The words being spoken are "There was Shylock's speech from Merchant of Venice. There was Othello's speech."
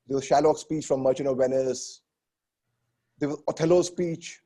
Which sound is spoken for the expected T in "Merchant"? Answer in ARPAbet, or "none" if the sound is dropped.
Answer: none